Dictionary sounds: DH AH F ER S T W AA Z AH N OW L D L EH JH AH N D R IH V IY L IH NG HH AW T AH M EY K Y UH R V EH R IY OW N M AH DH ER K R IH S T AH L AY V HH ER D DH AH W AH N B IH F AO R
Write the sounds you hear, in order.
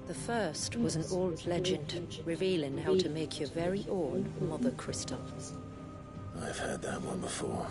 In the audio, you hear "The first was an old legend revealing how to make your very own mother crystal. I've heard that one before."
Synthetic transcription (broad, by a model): DH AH F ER S T W AA Z AH N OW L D L EH JH AH N D R IH V IY L IH NG HH AW T AH M EY K Y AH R V EH R IY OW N M AH DH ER K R IH S T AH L AY V HH ER D DH AH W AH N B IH F AO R